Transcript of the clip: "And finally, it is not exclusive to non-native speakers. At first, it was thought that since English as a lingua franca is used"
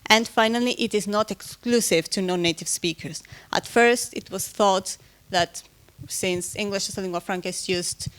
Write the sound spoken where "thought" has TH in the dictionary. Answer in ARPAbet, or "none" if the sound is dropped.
TH